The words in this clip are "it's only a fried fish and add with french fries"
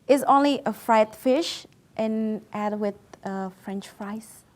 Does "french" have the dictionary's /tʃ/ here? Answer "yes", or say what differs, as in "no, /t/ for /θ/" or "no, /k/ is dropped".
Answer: yes